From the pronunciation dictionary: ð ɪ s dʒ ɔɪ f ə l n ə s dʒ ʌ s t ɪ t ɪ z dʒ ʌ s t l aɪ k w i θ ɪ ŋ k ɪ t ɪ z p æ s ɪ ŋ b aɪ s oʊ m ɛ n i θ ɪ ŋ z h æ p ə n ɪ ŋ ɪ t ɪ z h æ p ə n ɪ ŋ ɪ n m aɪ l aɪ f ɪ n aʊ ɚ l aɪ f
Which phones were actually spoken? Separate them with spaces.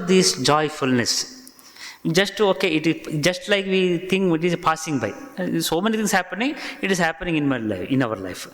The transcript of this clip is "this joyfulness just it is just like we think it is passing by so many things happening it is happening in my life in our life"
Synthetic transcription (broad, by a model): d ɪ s dʒ ɔɪ f ə l n ə s dʒ ʌ s t ɪ t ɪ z dʒ ʌ s t l aɪ k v i t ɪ ŋ k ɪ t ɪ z p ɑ s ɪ ŋ b aɪ s oʊ m ɛ n i t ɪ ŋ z h æ p ə n ɪ ŋ ɪ t ɪ z h æ p ə n ɪ ŋ ɪ n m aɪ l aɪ ɪ n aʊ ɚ l aɪ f